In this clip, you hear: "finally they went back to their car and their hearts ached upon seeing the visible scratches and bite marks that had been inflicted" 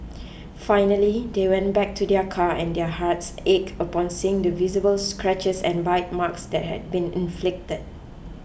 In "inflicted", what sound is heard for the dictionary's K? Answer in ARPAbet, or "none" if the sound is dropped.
K